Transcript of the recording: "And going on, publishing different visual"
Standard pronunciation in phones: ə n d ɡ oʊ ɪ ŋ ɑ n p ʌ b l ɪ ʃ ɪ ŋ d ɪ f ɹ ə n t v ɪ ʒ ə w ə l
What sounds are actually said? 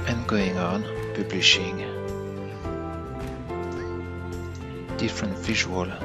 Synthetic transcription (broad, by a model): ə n ɡ oʊ ɪ ŋ ɑ n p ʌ b l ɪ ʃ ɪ ŋ d ɪ f ɹ ə n t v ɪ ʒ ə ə l